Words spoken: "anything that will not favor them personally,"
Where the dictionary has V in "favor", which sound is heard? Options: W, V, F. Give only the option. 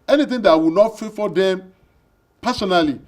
F